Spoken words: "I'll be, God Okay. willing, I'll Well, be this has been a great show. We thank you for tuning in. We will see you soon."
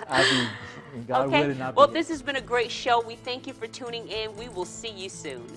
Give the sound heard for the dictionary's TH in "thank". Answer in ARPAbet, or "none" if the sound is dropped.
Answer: TH